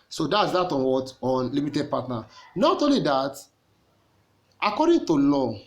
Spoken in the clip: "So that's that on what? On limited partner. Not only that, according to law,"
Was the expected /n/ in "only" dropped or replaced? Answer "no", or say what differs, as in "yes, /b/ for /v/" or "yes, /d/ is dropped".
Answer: yes, /n/ is dropped